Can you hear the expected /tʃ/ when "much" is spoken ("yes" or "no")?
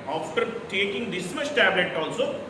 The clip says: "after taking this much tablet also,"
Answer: no